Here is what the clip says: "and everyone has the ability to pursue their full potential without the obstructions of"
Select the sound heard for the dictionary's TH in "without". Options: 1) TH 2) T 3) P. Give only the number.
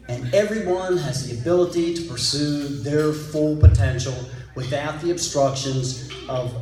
1